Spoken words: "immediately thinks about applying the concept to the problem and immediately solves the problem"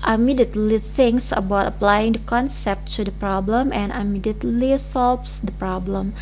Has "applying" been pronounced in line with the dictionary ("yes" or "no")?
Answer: yes